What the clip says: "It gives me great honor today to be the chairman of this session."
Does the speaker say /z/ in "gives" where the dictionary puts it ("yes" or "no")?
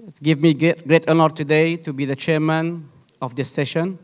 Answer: no